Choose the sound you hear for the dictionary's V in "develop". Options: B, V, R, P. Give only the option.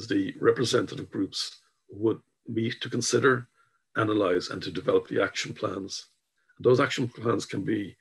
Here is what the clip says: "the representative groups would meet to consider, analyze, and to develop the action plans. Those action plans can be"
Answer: V